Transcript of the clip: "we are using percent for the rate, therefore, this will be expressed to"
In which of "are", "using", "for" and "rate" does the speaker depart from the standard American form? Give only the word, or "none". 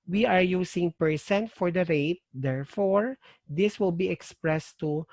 using